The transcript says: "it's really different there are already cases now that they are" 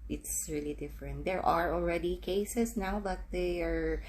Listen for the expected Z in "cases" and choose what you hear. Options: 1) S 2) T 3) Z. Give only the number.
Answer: 1